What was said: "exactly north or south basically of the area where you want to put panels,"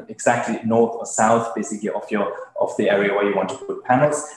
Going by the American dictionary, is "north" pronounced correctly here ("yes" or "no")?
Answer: yes